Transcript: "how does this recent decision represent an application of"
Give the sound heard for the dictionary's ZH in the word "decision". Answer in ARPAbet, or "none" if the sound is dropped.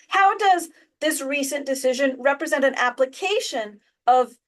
ZH